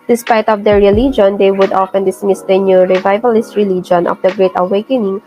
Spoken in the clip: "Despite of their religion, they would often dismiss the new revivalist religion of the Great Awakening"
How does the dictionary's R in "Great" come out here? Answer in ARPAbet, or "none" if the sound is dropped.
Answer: R